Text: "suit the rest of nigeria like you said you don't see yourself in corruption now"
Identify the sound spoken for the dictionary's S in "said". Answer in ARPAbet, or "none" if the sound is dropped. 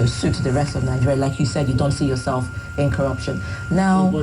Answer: S